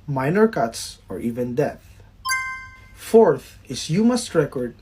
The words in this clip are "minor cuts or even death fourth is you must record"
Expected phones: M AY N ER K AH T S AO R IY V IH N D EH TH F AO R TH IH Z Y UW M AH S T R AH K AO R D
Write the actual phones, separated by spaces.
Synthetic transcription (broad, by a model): M AY N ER K AH T S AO R IY V IH N D EH TH F AO R TH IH S Y UW M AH S T R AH K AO R D